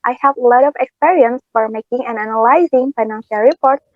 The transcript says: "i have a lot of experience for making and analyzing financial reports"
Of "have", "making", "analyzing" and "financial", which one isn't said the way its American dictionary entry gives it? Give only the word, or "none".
none